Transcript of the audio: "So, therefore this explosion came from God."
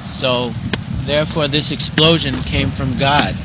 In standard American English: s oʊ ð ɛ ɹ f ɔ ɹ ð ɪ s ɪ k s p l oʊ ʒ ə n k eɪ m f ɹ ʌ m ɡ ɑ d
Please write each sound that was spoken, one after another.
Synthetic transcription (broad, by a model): s oʊ ð ɛ ɹ f ɔ ɹ ð ɪ s ɪ k s p l oʊ ʒ ə n k eɪ m f ɹ ʌ m ɡ ɑ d